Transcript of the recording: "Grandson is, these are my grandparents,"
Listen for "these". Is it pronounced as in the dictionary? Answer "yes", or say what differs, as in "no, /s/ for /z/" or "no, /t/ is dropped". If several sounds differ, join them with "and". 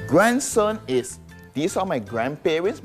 no, /s/ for /z/